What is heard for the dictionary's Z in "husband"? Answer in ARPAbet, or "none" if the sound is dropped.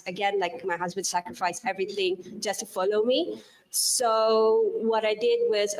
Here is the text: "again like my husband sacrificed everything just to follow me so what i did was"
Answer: Z